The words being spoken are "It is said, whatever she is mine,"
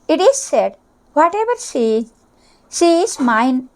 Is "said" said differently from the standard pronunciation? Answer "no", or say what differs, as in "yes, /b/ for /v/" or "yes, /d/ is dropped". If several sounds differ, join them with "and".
no